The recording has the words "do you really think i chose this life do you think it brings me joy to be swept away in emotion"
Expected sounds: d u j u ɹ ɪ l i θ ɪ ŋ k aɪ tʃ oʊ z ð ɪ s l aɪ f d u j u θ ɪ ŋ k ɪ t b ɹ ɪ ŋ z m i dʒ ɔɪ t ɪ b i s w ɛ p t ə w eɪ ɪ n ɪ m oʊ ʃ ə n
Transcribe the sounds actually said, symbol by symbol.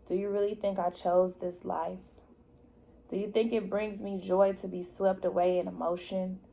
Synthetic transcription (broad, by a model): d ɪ j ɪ ɹ ɪ l i θ ɪ ŋ k aɪ tʃ oʊ z ð ɪ s l aɪ f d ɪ j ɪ θ ɪ ŋ k ɪ t b ɹ ɪ ŋ z m i dʒ ɔɪ t ɪ b i s w ɛ p t ə w eɪ ɪ n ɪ m oʊ ʃ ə n